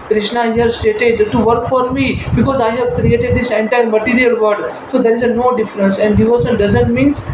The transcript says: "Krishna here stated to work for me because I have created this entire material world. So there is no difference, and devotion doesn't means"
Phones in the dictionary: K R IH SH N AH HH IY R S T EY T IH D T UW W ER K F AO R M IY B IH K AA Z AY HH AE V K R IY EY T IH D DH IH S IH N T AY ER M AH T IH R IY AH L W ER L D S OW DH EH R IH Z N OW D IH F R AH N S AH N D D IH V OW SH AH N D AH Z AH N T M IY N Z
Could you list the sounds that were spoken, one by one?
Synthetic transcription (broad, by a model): K R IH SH N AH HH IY R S T EY T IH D T UW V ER K F AO R M IY B IH K AA Z AY HH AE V K R IY EY T IH D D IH S IH N T AY ER M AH T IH R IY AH L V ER D S OW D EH R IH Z N OW D IH F R AH N S AH N D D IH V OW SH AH L D AH Z AH N T M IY N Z